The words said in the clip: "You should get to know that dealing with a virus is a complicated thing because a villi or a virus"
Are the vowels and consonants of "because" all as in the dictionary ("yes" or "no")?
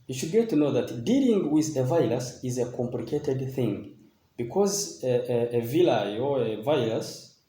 yes